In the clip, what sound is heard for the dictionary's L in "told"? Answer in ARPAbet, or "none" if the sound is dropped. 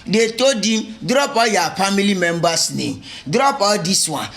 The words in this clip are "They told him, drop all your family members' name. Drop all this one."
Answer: none